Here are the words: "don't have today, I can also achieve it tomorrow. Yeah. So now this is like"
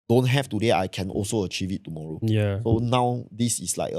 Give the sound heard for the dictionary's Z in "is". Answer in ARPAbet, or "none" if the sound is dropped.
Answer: S